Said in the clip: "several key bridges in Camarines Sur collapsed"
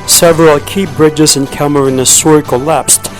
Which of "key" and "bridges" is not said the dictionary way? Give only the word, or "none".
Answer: none